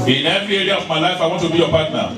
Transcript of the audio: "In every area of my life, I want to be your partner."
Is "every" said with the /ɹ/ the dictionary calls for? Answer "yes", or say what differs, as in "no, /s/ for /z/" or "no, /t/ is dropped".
no, /ɹ/ is dropped